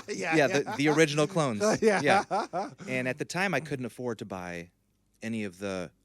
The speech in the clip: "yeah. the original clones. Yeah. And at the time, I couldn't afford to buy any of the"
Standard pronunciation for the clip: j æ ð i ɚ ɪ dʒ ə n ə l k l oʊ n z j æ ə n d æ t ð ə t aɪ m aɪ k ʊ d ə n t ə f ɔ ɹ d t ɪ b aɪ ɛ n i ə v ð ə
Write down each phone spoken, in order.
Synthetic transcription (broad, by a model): j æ ð i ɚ ɪ dʒ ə n l k l oʊ n z j æ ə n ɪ t ð ə t aɪ m aɪ k ʊ d n t ə f ɔ ɹ d t ɪ b aɪ ɛ n i ə v ð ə